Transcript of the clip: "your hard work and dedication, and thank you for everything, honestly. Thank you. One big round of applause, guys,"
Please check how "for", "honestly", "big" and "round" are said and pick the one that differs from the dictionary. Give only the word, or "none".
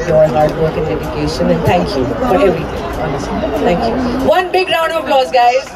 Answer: honestly